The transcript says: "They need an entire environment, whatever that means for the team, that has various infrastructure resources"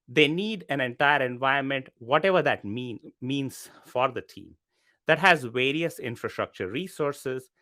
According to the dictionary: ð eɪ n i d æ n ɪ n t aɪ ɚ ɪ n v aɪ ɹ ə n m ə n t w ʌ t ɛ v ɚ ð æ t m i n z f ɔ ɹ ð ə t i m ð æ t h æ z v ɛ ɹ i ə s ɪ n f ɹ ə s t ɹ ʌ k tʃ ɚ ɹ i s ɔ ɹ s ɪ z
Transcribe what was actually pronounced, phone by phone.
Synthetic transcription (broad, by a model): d eɪ n i d æ n ɪ n t aɪ ɚ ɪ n v aɪ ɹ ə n m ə n t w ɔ t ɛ v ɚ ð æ t m i n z f ɔ ɹ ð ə t i m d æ t h æ z v ɛ ɹ i ə s ɪ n f ɹ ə s t ɹ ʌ k tʃ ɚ ɹ i s ɔ ɹ s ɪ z